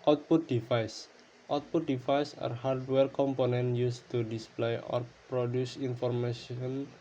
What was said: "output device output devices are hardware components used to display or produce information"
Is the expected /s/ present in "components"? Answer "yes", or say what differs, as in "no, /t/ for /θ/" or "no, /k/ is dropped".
no, /s/ is dropped